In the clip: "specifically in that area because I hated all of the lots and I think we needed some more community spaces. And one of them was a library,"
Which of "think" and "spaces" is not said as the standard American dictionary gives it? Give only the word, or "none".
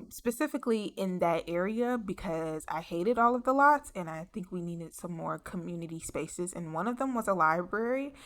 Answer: none